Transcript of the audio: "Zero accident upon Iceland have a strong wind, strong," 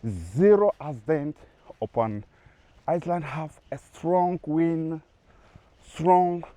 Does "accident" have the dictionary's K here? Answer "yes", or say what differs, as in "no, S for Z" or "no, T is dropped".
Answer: no, K is dropped